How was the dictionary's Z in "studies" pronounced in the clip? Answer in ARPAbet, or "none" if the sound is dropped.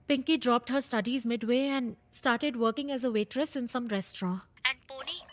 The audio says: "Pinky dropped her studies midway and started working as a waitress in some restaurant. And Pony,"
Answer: Z